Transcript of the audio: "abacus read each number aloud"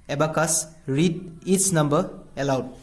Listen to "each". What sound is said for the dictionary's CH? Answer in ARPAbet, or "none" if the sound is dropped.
S